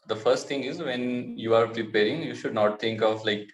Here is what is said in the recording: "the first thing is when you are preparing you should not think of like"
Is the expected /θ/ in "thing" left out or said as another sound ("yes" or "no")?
yes